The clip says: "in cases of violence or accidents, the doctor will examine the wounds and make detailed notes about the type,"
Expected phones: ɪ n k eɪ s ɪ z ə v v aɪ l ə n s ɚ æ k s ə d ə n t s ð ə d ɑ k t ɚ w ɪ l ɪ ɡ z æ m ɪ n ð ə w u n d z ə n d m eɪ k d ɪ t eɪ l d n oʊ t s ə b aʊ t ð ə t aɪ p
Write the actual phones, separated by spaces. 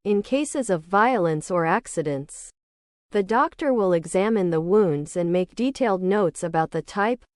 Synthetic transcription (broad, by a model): ɪ n k eɪ s ɪ z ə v v aɪ l ə n s ɚ æ k s ə d ə n t s ð ə d ɑ k t ɚ w ɪ l ɪ ɡ z æ m ɪ n ð ə w u n d z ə n m eɪ k d ɪ t eɪ l d n oʊ t s ə b aʊ t ð ə t aɪ p